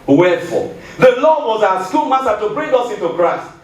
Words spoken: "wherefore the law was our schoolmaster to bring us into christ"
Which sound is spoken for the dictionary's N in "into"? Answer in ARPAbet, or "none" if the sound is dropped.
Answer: N